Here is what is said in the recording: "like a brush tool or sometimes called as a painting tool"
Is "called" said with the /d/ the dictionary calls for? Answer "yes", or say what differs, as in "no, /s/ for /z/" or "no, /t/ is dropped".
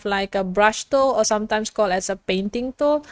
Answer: no, /d/ is dropped